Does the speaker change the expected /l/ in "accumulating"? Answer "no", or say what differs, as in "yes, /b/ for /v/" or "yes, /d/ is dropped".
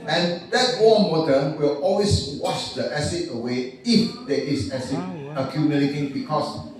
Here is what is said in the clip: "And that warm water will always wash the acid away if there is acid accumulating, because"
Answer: yes, /n/ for /l/